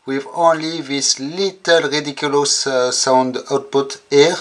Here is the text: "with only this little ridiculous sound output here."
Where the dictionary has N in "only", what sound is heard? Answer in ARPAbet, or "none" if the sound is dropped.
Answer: N